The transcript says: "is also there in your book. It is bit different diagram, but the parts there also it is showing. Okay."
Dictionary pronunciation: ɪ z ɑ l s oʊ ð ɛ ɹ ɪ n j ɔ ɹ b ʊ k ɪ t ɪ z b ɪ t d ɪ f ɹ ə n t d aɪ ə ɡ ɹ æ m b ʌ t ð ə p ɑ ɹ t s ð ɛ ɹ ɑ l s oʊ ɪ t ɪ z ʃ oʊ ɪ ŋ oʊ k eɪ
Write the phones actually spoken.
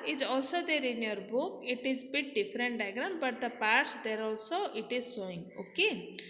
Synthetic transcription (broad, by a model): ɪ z ɑ l s oʊ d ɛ ɹ ɪ n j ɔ ɹ b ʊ k ɪ t ɪ z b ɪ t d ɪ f ɹ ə n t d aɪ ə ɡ ɹ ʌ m b ʌ t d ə p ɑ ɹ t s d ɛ ɹ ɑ l s oʊ ɪ t ɪ z s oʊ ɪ ŋ oʊ k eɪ